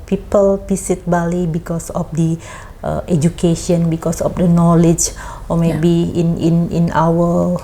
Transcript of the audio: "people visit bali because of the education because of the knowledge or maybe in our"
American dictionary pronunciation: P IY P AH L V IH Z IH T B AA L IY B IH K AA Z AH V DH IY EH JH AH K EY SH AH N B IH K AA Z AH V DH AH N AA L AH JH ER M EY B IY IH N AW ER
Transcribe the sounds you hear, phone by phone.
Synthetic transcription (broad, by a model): P IY P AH L P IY S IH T B AA L IY B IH K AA S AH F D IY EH JH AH K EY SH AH N B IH K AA S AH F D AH N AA L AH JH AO M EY B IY IH N AW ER